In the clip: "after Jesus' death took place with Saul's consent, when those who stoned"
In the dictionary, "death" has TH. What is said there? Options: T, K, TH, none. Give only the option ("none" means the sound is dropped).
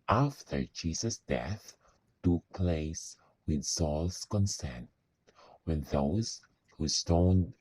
TH